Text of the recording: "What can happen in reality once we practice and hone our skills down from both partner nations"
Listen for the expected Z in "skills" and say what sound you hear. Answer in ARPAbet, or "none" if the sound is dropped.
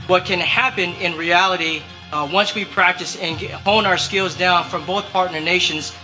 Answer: Z